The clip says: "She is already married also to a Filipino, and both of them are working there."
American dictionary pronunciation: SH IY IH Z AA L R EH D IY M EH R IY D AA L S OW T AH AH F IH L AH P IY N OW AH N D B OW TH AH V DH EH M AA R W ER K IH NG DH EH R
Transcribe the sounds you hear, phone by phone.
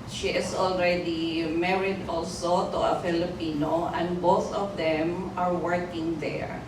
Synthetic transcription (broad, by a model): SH IY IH S AA L R EH D IY M EH R IY D AA L S OW T AH AH F IH L AH P IY N OW AH N D B OW TH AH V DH EH M AA R W ER K IH NG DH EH R